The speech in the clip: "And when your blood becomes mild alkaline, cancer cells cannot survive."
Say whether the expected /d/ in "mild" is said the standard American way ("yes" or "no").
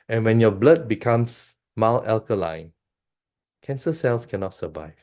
no